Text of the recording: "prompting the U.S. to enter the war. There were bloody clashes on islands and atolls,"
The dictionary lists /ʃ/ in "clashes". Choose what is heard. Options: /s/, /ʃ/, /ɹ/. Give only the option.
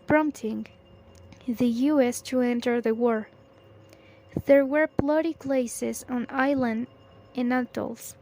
/s/